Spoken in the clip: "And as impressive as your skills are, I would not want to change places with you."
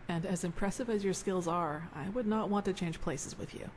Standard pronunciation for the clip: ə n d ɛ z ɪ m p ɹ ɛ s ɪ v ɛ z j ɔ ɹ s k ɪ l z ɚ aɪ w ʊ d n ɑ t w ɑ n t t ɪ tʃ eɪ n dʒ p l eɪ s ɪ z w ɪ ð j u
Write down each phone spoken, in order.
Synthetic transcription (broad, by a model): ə n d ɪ z ɪ m p ɹ ɛ s ɪ v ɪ z j ɔ ɹ s k ɪ l z ɚ aɪ w ʊ d n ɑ t w ɑ n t t ɪ tʃ eɪ n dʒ p l eɪ s ɪ z w ɪ ð j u